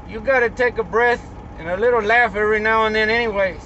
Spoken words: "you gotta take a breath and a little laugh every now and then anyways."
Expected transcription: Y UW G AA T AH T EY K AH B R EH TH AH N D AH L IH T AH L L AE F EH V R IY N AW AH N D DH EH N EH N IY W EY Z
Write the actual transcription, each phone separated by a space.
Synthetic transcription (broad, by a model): Y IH G AA T AH T EY K AH B R EH TH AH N AH L IH T L L AE F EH R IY N AW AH N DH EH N EH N IY W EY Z